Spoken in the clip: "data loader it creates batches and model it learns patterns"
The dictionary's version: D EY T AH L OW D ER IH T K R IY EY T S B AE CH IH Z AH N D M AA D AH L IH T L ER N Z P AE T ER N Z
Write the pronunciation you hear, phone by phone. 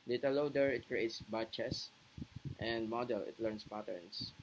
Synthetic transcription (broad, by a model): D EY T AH L OW D ER IH T K R IY EY T S B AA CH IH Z AH N D M AA D AH L IH T L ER N S P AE T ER N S